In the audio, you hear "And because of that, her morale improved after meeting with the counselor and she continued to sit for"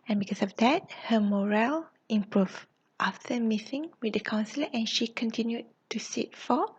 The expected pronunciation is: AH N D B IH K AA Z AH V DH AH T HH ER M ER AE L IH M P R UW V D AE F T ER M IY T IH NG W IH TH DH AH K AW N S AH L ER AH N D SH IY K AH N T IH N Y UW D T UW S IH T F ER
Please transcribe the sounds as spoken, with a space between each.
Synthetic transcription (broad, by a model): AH N B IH K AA S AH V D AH T HH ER M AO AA L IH M P R UW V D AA F T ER M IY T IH NG W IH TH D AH K AW N S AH L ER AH N SH IY K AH N T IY N Y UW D T UW S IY T F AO